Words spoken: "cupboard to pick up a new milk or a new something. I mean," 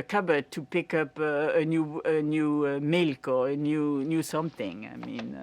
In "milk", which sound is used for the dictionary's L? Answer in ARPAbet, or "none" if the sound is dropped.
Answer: L